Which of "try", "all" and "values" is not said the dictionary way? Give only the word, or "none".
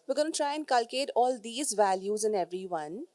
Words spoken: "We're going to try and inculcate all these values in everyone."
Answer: none